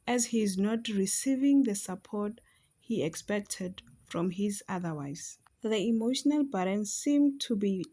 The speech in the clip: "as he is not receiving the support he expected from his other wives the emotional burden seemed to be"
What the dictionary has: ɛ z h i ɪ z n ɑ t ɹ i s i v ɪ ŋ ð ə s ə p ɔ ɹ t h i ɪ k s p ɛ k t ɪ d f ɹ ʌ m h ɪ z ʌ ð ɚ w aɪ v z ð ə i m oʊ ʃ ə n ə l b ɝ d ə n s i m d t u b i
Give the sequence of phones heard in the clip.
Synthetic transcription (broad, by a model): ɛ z h i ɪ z n ɑ t ɹ i s i v ɪ ŋ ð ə s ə p ɔ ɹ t h i ɪ k s p ɛ k t ɪ d f ɹ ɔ m h ɪ z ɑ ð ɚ w aɪ z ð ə i m oʊ ʃ ə n ə l b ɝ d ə n s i m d t u b i